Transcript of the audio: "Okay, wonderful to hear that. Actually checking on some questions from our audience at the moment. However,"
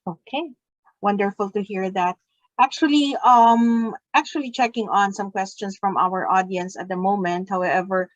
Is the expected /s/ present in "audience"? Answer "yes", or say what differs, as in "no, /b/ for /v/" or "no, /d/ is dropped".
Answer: yes